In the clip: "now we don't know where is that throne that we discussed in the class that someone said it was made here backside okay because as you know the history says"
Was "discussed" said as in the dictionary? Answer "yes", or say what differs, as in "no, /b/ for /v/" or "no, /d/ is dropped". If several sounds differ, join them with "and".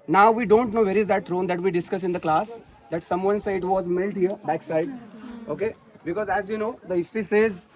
no, /t/ is dropped